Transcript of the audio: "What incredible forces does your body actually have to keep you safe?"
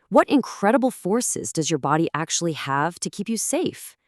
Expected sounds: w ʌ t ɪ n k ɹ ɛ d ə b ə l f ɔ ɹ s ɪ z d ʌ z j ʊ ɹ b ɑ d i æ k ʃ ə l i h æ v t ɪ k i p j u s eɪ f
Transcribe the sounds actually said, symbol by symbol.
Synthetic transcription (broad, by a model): w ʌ t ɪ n k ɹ ɛ d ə b l f ɔ ɹ s ɪ z d ʌ z j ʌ ɹ b ɑ d i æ k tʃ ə l i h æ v t ɪ k i p j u s eɪ f